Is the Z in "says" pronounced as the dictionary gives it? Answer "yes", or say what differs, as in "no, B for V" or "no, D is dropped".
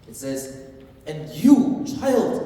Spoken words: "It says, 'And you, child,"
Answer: yes